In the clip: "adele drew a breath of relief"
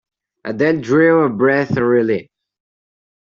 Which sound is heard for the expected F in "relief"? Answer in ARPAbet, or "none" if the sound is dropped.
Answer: none